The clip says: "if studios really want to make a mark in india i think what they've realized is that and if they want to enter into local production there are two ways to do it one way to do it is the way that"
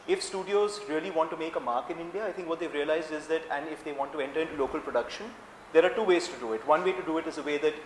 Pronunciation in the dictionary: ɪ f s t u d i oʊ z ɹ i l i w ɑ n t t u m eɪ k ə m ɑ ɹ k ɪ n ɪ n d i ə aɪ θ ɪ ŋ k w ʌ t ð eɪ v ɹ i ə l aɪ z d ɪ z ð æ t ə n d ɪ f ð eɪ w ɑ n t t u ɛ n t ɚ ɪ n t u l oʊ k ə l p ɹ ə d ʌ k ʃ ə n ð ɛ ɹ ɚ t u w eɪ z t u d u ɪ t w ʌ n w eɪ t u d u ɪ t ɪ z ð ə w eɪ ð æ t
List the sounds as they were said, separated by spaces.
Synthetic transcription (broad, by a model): ɪ f s t u d i oʊ z ɹ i l i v ɑ n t t u m eɪ k ə m ɑ ɹ k ɪ n ɪ n d i ə aɪ t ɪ ŋ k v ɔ t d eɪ v ɹ i ə l aɪ z d ɪ z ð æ t ə n d ɪ f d eɪ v ɑ n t t u ɛ n t ɚ ɪ n t u l oʊ k ə l p ɹ ə d ʌ k ʃ ə n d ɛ ɹ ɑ t u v eɪ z t u d u ɪ t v ʌ n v eɪ t u d u ɪ t ɪ z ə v eɪ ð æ t